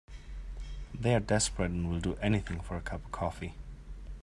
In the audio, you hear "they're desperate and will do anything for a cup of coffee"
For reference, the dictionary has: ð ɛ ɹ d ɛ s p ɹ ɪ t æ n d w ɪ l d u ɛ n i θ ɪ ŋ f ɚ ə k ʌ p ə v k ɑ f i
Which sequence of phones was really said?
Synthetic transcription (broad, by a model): ð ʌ ɹ d ɛ s p ɹ ɪ t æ n w ɪ l d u ɛ n i θ ɪ ŋ f ɚ ə k ʌ p k ɑ f i